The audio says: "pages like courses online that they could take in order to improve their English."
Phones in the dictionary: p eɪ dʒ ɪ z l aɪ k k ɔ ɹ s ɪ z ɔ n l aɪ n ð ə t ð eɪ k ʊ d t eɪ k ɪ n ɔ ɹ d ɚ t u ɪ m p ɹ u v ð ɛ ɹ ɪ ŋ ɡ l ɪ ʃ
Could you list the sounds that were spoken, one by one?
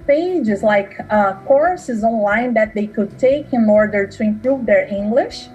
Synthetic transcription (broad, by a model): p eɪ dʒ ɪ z l aɪ k k ɔ ɹ s ɪ z ɔ n l aɪ n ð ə t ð eɪ k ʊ d t eɪ k ɪ n ɔ ɹ d ɚ t u ɪ m p ɹ u v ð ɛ ɹ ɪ ŋ ɡ l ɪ ʃ